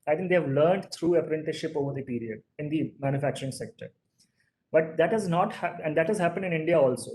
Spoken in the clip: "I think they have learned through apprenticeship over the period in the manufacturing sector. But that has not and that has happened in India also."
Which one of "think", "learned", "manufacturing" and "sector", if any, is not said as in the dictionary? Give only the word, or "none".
think